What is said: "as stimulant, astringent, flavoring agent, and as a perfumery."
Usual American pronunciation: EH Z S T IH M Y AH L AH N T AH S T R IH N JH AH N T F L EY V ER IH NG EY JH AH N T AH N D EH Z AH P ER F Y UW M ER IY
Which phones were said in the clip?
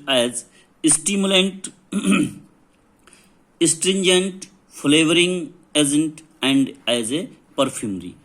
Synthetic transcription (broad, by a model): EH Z S T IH M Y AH L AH N T AH S T R IH N JH AH N T F L EY V ER IH NG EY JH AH N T AH N D EH Z AH P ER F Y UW M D IY